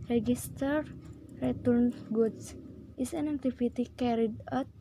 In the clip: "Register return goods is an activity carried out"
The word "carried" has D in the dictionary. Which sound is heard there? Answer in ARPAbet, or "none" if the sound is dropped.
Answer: D